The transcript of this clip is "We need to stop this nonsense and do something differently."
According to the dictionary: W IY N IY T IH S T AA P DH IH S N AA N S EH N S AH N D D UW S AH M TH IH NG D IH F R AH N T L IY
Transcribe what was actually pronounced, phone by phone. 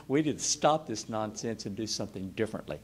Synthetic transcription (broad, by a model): W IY IY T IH S T AA P DH IH S N AA N S EH N S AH N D D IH S AH M TH IH NG D IH F R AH N T L IY